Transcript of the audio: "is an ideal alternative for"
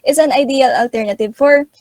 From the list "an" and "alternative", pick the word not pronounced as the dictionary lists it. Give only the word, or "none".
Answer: none